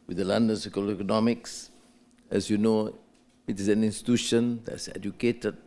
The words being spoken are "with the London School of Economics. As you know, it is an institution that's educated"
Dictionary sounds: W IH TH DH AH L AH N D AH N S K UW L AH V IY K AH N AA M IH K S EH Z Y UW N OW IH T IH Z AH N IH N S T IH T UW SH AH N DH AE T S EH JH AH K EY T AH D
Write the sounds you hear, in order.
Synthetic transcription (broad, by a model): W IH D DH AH L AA N D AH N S UW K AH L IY K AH N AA M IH K S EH S Y UW N OW IH T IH S AH N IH N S T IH T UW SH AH N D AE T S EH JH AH K EY T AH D